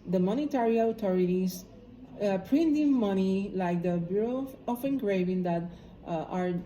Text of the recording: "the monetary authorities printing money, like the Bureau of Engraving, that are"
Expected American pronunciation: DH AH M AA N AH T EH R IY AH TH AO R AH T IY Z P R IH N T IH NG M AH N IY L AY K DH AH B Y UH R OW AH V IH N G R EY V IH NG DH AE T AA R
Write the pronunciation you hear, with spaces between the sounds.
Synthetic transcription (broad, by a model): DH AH M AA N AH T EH R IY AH T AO R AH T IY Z P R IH N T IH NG M AH N IY L AY K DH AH B Y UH R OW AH F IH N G R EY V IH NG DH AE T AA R